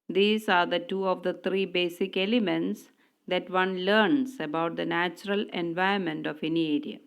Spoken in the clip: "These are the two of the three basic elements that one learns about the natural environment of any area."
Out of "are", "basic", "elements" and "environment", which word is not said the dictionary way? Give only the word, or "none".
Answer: environment